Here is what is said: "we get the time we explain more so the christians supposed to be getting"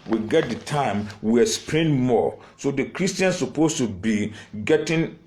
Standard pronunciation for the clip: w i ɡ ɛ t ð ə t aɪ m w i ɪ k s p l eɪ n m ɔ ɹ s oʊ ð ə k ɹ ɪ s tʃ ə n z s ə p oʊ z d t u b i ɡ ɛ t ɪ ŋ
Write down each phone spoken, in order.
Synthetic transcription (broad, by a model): w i ɡ ɛ t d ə t aɪ m w i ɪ s p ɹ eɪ n m ɔ s oʊ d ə k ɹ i s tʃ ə n s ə p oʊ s t u b i ɡ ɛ t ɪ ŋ